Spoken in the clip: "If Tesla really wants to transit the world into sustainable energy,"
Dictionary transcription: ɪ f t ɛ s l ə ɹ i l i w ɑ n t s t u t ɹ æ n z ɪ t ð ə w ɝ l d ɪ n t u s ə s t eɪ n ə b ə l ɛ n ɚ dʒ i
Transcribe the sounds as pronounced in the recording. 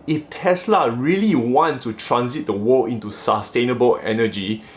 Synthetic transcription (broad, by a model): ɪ f t ɛ s l ə ɹ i l i w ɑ n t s t u t ɹ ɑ n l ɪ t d ə w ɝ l ɪ n t u s ə s t eɪ n ə b ə l ɛ n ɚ dʒ i